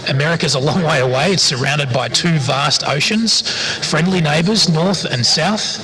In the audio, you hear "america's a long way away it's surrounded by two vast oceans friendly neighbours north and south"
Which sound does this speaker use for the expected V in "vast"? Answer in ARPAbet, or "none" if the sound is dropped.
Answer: V